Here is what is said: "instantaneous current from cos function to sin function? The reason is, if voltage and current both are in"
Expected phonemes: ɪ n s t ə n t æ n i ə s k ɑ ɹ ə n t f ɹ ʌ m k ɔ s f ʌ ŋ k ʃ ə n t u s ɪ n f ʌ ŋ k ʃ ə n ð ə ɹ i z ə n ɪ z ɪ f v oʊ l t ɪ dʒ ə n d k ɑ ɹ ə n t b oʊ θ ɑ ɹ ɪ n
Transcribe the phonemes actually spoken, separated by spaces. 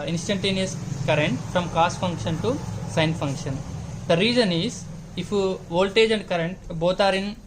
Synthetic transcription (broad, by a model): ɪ n s t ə n t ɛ n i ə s k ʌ ɹ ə n t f ɹ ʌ m k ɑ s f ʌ ŋ k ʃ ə n t u s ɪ n f ʌ ŋ k ʃ ə n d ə ɹ i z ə n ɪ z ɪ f v oʊ l t ɪ dʒ ə n d k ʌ ɹ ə n t b oʊ t ɑ ɹ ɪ n